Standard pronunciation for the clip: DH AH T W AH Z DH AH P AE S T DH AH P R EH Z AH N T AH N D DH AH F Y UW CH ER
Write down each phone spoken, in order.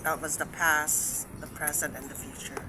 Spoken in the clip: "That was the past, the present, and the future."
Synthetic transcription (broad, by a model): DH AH T W AH Z DH AH P AE S DH AH P R EH Z AH N T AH N DH AH F Y UW CH ER